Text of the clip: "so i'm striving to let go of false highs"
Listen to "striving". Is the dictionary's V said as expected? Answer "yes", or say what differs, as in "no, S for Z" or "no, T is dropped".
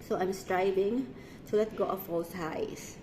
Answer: no, B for V